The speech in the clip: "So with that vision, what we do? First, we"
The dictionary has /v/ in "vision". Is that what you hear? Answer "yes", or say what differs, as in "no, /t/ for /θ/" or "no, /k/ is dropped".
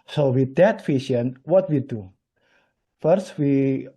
no, /f/ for /v/